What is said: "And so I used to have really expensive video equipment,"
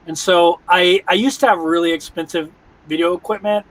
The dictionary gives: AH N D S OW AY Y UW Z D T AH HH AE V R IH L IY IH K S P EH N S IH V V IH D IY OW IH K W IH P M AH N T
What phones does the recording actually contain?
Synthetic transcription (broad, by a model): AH N S OW AY Y UW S T AH V R IH L IY IH K S P EH N S IH V V IH D IY OW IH K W IH P M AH N T